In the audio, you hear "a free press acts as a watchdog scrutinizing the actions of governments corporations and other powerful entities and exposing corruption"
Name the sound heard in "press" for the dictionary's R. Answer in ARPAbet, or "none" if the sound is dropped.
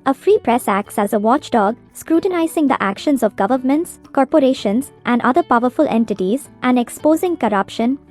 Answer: R